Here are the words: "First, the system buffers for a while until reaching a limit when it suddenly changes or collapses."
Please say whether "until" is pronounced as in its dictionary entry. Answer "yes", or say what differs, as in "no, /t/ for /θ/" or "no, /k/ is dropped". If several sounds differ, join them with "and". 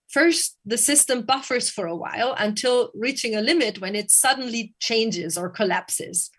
yes